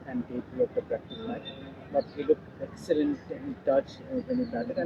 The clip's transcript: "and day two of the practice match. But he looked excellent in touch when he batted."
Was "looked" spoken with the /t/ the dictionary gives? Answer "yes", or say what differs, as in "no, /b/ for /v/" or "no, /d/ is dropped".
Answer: no, /t/ is dropped